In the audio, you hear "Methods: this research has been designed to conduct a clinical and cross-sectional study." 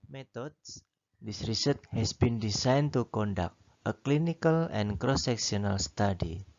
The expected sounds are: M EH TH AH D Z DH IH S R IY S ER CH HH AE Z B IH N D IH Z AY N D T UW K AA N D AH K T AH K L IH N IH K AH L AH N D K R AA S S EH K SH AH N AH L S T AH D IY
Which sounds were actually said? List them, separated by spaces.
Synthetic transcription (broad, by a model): M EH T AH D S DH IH S R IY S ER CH HH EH S B IH N D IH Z AY N T UW K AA N D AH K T AH K L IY N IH K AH L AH N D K R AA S S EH K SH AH N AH L S T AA D IY